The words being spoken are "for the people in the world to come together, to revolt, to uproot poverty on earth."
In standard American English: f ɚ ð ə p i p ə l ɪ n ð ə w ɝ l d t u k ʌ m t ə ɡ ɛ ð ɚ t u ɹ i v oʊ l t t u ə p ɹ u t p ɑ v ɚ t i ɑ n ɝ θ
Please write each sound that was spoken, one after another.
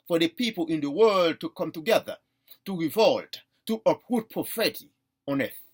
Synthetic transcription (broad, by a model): f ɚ ð ə p i p ə l ɪ n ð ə w ɝ l d t u k ʌ m t ə ɡ ɛ ð ɚ t u ɹ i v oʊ l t t u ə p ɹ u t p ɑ f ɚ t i ɑ n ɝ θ